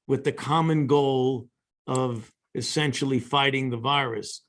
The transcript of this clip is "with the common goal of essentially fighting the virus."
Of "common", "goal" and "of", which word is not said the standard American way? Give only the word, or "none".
none